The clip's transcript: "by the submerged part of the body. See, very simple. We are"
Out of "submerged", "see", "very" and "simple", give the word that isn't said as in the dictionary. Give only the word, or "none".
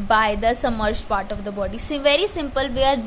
submerged